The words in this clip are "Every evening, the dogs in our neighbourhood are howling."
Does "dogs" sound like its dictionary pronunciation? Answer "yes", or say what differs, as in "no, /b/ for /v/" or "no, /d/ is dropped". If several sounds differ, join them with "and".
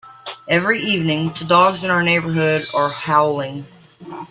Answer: yes